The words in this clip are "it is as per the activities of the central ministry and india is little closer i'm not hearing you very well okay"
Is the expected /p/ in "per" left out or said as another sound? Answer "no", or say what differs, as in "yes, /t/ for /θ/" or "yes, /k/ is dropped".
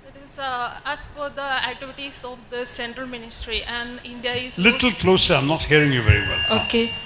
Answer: yes, /f/ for /p/